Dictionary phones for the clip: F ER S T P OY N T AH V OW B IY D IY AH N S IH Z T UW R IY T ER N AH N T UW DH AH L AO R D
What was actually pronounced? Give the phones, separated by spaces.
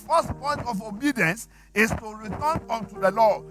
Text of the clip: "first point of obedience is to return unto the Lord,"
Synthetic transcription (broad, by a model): F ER S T P OY N T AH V OW B IY D IY AH N S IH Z T UW R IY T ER N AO N T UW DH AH L AO